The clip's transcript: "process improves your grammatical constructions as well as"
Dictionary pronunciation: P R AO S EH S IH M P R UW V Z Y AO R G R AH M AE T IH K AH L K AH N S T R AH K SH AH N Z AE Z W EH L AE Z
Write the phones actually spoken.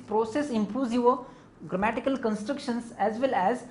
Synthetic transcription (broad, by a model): P R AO S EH S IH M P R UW Z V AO G R AH M AE T IH K AH L K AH N S T R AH K SH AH N S AE Z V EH L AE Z